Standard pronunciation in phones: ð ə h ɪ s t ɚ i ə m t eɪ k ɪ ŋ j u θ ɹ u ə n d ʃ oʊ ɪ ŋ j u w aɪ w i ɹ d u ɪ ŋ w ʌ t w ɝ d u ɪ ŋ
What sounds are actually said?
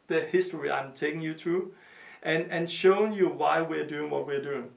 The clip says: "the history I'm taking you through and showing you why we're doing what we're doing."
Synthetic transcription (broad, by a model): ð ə h ɪ s t ɚ i ə m t eɪ k ɪ ŋ j u t ɹ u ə n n ʃ oʊ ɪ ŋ j u w aɪ w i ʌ d u ɪ ŋ w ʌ t w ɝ d u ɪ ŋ